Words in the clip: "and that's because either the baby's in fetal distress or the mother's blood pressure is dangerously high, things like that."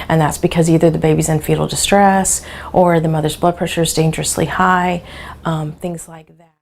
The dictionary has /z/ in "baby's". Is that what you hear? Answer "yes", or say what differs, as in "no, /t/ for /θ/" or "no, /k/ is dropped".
yes